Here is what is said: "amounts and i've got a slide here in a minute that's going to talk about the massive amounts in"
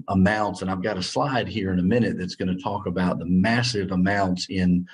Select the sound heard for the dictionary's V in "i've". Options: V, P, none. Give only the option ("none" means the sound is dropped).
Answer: V